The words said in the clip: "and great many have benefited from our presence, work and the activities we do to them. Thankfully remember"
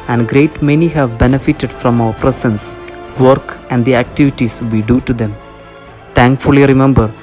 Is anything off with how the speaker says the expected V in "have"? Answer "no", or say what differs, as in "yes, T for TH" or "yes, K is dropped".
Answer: no